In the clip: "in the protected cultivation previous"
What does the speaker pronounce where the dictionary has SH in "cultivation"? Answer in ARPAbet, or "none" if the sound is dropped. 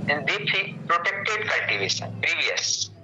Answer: S